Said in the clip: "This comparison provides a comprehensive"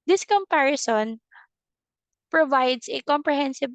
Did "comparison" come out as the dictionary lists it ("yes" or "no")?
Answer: yes